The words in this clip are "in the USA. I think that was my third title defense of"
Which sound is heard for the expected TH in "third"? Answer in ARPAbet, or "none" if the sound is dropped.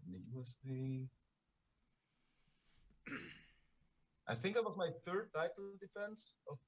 TH